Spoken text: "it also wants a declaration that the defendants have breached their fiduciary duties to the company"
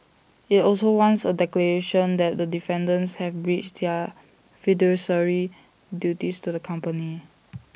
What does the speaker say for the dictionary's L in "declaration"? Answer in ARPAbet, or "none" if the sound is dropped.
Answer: L